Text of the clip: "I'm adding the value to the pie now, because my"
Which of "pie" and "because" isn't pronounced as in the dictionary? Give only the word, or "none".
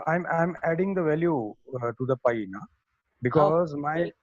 none